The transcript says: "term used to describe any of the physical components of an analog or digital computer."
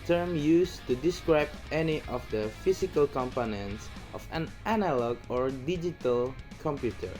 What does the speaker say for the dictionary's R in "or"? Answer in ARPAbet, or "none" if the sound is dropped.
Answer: R